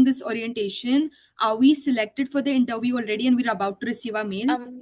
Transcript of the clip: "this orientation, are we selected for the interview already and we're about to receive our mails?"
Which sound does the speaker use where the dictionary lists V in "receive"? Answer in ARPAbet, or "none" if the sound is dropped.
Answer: V